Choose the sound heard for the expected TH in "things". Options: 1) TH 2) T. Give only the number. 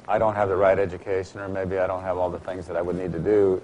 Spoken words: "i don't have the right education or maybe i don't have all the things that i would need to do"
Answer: 1